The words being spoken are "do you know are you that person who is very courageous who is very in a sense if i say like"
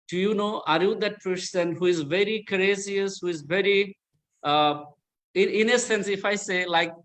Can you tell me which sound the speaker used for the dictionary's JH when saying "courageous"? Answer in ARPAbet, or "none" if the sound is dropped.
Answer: Z